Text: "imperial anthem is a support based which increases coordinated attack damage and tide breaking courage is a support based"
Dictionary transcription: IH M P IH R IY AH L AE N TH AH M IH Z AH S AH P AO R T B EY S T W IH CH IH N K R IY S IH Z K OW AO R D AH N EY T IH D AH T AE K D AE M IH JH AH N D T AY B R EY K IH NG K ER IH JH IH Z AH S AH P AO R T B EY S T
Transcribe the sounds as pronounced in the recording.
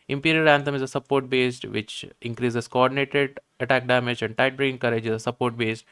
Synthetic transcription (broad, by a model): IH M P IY R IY AH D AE N T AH M IH Z AH S AH P AO R T B EY S T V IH CH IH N K R IY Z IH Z K OW AO R D AH N EY T IH D AH T AE K D AE M IH JH AH N D T AY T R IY IH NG K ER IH JH IH Z AH S AH P AO R T B EY S T